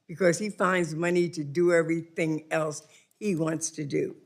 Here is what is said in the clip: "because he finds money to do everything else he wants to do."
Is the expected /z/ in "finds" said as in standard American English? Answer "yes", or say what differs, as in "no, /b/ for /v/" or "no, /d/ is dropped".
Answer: yes